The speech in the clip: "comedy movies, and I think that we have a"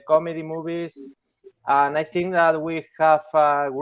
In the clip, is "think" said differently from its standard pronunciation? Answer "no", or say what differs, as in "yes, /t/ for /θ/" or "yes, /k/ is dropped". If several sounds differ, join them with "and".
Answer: no